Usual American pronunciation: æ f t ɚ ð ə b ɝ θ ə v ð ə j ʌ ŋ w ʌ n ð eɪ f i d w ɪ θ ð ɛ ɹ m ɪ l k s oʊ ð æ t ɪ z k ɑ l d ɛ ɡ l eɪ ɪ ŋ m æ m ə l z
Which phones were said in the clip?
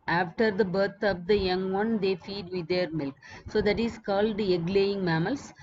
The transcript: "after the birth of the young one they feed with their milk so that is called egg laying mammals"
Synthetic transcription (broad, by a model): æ f t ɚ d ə b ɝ t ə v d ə j ʌ ŋ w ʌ n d eɪ f i d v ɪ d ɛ ɹ m ɪ l k s oʊ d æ t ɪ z k ɑ l d ɛ ɡ l eɪ ɪ ŋ m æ m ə l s